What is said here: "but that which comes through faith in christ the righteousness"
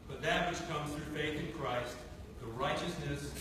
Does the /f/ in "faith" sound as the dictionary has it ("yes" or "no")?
yes